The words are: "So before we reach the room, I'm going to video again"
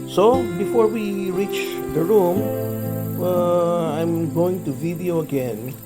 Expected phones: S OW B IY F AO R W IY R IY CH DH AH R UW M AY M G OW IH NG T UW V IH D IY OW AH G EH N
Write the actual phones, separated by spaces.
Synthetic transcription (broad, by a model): S OW B IY F AO R W IY R IY CH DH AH R UW M AY M G OW IH NG T UW V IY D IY OW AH G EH N